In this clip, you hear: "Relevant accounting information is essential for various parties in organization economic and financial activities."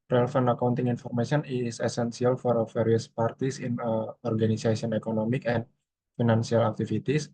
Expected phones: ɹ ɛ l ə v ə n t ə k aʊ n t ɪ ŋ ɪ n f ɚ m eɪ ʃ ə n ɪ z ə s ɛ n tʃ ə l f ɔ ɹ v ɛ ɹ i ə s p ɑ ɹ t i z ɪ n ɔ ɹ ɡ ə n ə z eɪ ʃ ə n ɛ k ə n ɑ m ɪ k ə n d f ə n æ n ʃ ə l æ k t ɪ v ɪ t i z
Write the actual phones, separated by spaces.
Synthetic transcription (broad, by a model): ɹ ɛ l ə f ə n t ə k aʊ n t ɪ ŋ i n f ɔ m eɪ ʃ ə n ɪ s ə s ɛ n s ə l f ɔ ɹ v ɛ ɹ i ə s p ɑ ɹ t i s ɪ n ɔ ɹ ɡ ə n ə s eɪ s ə n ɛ k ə n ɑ m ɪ k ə n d f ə n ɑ n s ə l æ k t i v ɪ t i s